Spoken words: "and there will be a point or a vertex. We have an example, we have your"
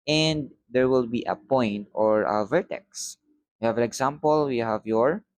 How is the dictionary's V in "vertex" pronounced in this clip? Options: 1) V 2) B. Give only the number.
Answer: 1